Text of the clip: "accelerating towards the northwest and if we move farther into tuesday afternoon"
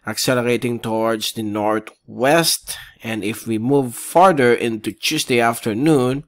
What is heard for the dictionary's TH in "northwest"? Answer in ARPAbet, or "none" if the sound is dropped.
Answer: T